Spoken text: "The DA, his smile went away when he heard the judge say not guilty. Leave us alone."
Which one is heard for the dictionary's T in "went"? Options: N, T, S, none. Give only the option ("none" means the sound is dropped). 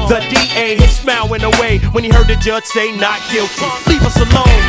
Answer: none